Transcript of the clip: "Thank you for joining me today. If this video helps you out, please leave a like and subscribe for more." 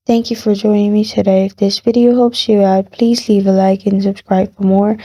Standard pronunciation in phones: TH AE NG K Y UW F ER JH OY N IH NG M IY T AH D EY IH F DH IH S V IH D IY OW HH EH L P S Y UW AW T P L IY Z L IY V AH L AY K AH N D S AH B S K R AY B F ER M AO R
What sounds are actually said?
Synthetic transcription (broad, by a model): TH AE NG K Y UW F ER JH OY N IH NG M IY T AH D EY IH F DH IH S V IH D IY OW HH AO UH P S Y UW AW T P L IY Z L IY V AH L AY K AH N S AH B S K R AY B F ER M AO R